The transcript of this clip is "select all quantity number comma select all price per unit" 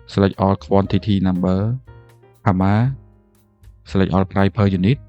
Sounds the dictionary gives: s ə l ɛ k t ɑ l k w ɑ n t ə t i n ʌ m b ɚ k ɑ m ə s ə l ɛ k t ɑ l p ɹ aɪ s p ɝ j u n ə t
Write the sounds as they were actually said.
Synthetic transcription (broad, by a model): s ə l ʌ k t ɑ l k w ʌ n t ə t i n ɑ m b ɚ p ɑ m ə s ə l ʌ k t ɑ l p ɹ aɪ p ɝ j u n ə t